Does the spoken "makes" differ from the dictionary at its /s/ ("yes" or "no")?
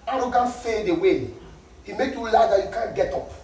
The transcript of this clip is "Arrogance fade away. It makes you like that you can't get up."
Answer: yes